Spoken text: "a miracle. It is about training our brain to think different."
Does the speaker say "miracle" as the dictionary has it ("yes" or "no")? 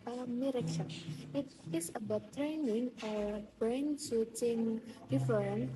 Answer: no